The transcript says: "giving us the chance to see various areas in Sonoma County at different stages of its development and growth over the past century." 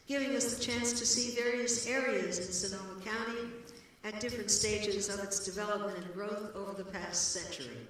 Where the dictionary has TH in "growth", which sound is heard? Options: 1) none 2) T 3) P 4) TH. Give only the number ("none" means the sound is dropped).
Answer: 4